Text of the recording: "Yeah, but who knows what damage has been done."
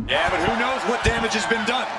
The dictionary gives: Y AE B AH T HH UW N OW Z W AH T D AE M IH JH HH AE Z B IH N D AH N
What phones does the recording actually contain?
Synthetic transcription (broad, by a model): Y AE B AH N HH UW N OW Z W AH T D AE M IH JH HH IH Z B IH N D AH N